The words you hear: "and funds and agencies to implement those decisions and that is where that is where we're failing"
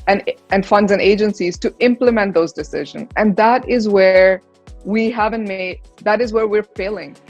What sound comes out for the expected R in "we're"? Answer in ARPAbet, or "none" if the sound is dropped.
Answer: R